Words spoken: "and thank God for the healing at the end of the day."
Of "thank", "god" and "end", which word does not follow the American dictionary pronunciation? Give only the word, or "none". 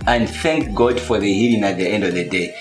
none